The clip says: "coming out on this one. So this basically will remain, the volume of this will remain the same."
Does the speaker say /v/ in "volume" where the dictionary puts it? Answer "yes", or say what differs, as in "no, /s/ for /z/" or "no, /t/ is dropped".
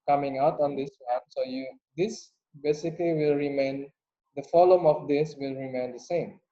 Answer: no, /f/ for /v/